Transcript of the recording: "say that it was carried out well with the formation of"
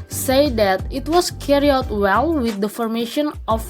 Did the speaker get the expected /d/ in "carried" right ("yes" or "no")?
no